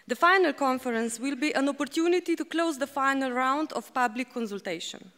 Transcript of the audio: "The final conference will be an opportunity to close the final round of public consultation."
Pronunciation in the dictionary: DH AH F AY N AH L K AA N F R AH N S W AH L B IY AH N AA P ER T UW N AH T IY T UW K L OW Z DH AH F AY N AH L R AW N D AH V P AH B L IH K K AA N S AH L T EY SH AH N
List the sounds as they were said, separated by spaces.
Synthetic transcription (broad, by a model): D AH F AY N AH L K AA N F R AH N S W AH L B IY AH N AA P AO T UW N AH T IY T UW K L OW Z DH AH F AY N AH L R AW N D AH F P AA B L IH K K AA N S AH L T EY SH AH N